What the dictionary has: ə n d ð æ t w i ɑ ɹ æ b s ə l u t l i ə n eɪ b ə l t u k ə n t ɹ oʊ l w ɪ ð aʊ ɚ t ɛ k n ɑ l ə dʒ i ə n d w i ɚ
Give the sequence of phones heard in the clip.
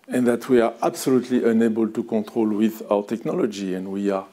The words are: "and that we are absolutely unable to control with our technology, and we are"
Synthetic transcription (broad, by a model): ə n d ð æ t w i ɑ ɹ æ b s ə l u t l i ə n eɪ b ə l t u k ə t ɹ oʊ l w ɪ ð aʊ ɚ t ɛ k n ɑ l ə dʒ i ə n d w i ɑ